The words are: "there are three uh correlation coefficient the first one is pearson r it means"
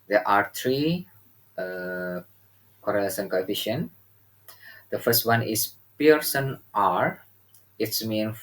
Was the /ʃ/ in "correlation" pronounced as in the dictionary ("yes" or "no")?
no